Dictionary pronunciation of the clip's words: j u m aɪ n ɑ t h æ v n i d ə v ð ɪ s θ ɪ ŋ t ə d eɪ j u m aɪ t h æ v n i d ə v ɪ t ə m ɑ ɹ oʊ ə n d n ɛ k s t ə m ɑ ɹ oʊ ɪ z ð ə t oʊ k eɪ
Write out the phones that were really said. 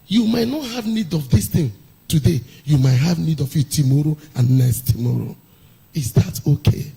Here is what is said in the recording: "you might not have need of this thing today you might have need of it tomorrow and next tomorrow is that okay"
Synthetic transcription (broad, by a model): j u m aɪ n ɑ t h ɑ v n i d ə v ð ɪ s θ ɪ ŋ t ə d eɪ j u m aɪ t h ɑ v n i d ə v ɪ t ə m ɑ ɹ oʊ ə n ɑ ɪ s t ə m ɑ ɹ oʊ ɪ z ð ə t oʊ k eɪ